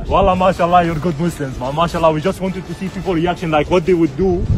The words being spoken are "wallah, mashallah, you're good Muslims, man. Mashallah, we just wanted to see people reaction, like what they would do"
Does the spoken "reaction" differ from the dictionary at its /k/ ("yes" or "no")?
no